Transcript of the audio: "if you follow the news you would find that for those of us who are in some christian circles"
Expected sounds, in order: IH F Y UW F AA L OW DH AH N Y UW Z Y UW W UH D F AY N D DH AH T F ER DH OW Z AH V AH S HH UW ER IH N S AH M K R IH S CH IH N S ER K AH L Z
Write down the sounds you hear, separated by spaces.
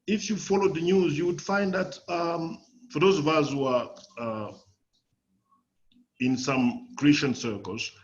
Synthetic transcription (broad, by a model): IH F Y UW F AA L OW DH AH N Y UW Z Y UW W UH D F AY N D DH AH T F ER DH OW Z AH V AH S HH UW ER IH N S AH M K R IH S CH IH N S ER K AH L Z